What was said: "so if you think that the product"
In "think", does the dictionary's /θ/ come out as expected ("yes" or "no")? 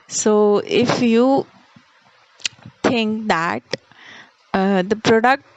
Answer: no